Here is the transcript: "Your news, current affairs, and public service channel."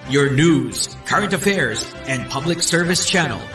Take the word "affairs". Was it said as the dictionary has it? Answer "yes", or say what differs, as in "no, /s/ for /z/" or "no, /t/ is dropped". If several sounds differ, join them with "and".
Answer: yes